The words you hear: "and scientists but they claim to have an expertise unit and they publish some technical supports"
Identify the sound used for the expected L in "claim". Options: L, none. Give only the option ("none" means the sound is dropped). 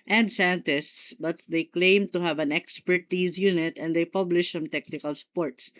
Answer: L